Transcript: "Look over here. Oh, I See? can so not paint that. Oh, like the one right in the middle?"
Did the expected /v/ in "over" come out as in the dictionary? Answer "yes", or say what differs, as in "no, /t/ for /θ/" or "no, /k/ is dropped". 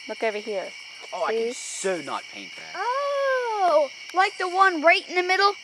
yes